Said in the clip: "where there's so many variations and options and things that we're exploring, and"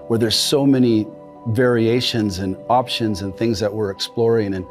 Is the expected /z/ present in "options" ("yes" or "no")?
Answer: yes